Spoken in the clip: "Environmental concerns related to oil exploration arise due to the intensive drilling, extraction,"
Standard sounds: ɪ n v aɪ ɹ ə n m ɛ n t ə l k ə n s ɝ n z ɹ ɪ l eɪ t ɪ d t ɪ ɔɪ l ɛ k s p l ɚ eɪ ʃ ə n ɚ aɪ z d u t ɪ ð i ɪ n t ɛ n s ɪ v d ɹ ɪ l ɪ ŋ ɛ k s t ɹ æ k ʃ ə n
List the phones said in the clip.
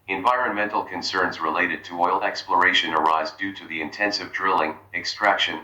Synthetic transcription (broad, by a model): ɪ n v aɪ ɹ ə n m ɛ n t l k ə n s ɝ n z ɹ ɪ l eɪ t ɪ d t ɪ ɔɪ l ɛ k s p l ɚ eɪ ʃ ə n ɚ aɪ z d u t ɪ ð i ɪ n t ɛ n s ɪ v d ɹ ɪ l ɪ ŋ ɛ k s t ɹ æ k ʃ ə n